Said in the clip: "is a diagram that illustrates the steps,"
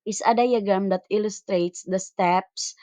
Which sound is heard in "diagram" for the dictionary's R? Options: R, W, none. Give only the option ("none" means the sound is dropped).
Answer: none